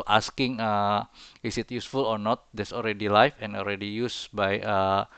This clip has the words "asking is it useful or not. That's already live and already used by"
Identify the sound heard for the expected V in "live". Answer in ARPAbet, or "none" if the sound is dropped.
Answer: F